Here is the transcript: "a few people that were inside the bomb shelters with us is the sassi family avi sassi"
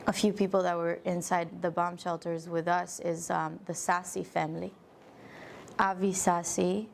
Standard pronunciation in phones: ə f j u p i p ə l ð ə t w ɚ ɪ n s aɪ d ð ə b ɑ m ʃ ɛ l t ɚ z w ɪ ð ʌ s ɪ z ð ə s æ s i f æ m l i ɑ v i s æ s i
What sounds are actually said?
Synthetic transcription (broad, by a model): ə f j u p i p l ð ə t w ɚ ɪ n s aɪ d ð ə b ɑ m ʃ ɛ l t ɚ z w ɪ ð ʌ s ɪ z ð ə s æ s i f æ m l i ɑ v i s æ s i